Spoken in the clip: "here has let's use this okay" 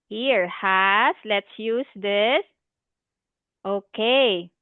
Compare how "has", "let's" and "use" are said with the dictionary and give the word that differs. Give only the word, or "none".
has